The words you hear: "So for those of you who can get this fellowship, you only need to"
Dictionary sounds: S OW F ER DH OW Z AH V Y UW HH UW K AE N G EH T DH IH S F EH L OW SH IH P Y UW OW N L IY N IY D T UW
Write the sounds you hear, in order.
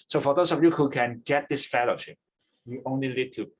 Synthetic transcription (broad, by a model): S OW F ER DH OW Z AH V Y UW HH UW K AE N G EH T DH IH S F EH L OW SH IH P Y UW OW N L IY L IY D T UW